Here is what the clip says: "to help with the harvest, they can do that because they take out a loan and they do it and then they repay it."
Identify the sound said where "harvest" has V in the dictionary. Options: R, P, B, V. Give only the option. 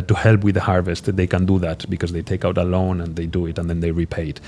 V